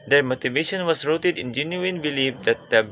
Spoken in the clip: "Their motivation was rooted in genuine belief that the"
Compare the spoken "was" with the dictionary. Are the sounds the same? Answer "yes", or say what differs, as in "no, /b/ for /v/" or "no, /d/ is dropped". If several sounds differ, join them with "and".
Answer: no, /s/ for /z/